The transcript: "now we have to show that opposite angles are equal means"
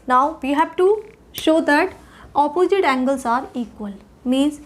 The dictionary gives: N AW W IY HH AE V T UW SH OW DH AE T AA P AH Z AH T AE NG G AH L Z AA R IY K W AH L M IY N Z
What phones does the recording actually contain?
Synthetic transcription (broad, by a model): N AW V IY HH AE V T UW SH OW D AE T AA P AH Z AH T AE NG G AH L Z AA R IY K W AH L M IY N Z